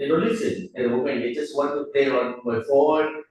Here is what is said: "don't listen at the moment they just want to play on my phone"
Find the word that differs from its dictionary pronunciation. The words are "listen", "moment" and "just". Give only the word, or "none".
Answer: none